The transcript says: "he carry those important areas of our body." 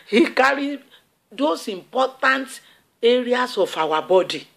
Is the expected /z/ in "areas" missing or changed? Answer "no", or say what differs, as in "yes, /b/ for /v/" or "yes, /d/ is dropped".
yes, /s/ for /z/